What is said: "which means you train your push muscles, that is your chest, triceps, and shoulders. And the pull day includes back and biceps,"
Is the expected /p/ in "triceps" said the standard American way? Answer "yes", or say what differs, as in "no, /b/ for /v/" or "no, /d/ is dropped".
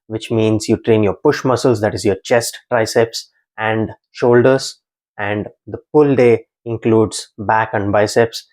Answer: yes